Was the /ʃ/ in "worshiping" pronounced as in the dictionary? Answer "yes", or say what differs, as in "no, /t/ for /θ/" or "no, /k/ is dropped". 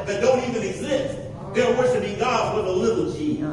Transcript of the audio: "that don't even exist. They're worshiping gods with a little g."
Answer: no, /s/ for /ʃ/